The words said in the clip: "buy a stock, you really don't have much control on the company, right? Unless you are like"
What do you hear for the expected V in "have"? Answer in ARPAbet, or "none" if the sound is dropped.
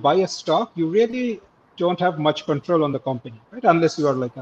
V